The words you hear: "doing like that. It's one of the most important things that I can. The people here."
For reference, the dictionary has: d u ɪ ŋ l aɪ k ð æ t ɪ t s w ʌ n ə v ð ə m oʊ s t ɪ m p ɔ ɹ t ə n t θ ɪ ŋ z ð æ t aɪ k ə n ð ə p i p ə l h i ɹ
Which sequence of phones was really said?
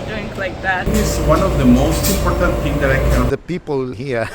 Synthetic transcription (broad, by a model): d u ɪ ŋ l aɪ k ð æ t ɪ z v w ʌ n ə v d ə m oʊ s t ɪ m p ɔ ɹ t ə n t t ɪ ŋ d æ t aɪ k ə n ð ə p i p ə l h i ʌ